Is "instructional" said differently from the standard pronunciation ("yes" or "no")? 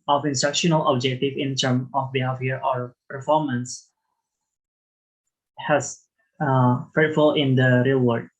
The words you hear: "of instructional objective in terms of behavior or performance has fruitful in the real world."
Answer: no